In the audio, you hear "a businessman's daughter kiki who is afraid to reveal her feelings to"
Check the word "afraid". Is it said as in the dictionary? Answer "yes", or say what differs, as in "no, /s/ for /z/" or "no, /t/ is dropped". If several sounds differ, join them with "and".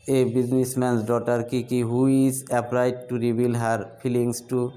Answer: no, /p/ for /f/